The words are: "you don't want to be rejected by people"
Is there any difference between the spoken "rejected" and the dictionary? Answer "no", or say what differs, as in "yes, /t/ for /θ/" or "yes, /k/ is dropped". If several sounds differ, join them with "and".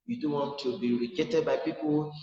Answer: yes, /k/ is dropped